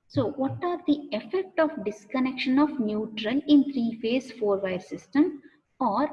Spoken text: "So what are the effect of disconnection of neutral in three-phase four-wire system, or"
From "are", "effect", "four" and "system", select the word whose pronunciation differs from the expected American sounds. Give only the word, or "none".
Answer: none